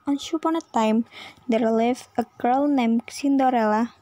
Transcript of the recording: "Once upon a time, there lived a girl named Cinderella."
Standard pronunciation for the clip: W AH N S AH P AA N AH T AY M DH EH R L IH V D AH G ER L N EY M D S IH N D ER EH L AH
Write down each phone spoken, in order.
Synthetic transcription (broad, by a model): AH N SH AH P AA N AH T AY M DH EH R L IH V AH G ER L N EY M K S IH N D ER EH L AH